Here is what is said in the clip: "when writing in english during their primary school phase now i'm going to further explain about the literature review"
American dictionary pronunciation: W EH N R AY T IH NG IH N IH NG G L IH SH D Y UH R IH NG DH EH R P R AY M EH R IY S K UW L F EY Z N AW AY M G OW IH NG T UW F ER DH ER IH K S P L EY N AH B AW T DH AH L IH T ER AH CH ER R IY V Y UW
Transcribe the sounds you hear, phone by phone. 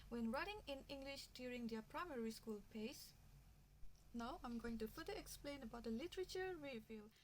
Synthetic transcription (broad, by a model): W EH N R AY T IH NG IH N IH NG G L IH SH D Y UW R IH NG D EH P R AY M EH R IY S K UW L P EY S N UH AY M G OW IH NG T UW F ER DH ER IH K S P L EY N AH B AW T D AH L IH T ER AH CH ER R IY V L